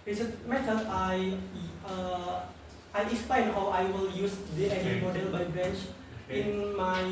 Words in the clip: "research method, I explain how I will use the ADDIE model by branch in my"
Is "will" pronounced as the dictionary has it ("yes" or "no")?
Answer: yes